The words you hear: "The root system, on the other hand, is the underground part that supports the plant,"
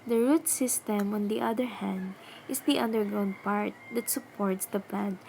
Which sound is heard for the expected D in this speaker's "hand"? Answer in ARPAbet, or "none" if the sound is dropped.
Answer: D